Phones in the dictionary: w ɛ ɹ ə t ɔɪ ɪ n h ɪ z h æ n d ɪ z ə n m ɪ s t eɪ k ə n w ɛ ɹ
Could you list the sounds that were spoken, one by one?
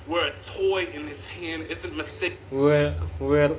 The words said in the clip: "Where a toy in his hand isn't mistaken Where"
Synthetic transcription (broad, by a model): w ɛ ɹ ə t ɔɪ ɪ n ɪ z h æ n d ɪ z ə n m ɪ s t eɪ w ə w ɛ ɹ